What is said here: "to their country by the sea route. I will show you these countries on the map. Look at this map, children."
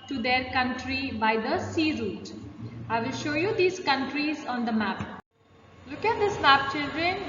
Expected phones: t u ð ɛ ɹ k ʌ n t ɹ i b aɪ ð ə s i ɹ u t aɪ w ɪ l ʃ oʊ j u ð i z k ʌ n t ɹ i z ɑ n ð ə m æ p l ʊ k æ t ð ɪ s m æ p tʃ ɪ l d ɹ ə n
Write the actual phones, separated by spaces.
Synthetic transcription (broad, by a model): t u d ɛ ɹ k ʌ n t ɹ i b aɪ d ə s i ɹ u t aɪ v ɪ l ʃ oʊ j u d i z k ʌ n t ɹ i z ɑ n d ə m æ p l ʊ k æ t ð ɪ s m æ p tʃ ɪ l d ɹ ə n